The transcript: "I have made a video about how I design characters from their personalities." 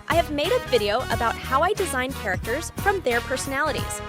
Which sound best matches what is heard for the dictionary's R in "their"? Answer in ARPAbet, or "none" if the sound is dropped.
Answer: R